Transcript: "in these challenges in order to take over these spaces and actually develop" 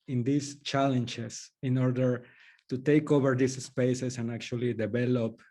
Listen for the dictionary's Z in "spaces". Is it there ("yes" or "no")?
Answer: no